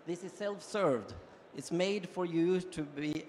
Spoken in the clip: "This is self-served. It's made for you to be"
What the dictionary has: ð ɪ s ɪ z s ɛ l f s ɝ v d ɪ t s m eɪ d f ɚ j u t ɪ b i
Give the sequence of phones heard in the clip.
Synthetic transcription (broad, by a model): ð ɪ s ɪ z s ɛ l f s ɝ v d ɪ t s m eɪ d f ɚ j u t ɪ b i